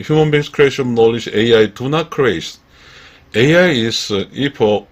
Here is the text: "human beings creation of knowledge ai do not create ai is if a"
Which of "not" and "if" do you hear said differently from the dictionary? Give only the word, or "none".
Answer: if